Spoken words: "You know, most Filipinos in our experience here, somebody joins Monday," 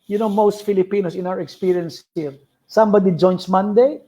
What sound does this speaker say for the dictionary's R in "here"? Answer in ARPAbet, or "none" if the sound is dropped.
L